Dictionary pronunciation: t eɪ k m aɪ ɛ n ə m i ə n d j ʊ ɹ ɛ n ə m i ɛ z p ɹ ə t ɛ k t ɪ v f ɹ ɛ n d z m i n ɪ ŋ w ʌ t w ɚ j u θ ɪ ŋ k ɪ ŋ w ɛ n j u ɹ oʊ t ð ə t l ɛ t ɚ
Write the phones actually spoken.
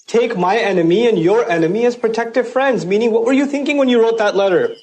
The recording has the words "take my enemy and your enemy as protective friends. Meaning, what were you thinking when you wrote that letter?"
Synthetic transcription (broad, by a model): t eɪ k m aɪ ɛ n ə m i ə n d j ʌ ɹ ɛ n ə m i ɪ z p ɹ ə t ɛ k t ɪ v f ɹ ɛ n d z m i n ɪ ŋ w ʌ t w ɚ j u θ ɪ ŋ k ɪ ŋ w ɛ n j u ɹ oʊ t ð ə t l ɛ t ɚ